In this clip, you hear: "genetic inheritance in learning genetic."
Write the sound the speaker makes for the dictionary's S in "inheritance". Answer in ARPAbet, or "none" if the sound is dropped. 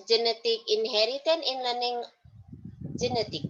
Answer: none